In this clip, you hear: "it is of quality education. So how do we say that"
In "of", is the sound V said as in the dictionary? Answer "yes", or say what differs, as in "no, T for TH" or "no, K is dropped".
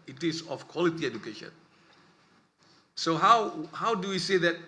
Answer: no, F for V